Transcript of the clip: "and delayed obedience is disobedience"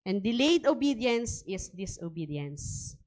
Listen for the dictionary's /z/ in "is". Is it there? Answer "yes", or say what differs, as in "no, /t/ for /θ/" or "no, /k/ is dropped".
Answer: no, /s/ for /z/